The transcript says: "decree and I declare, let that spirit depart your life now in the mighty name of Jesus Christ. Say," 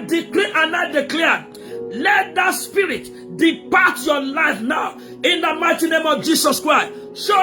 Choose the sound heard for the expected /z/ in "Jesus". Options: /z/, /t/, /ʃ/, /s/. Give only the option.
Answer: /s/